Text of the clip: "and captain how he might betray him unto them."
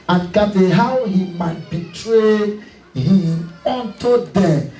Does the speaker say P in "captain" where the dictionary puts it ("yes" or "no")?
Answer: no